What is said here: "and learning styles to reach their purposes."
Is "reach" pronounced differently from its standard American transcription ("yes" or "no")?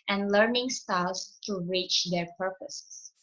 no